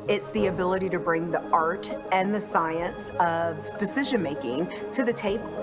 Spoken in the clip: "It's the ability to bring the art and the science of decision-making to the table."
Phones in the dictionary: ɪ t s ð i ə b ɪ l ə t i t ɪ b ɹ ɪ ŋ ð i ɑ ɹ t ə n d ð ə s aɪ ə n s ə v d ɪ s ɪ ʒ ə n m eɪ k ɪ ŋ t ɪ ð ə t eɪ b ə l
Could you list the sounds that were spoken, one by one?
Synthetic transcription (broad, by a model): ɪ t s ð i ə b ɪ l ə t i t ɪ b ɹ ɪ ŋ ð i ɑ ɹ t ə n ð ə s aɪ ə n s ə v d ɪ s ɪ ʒ ə n m eɪ k ɪ ŋ t ɪ ð ə t eɪ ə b